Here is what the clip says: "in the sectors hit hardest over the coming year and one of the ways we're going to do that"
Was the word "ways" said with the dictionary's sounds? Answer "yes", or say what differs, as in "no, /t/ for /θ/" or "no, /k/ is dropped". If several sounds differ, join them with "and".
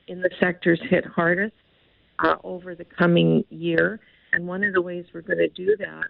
yes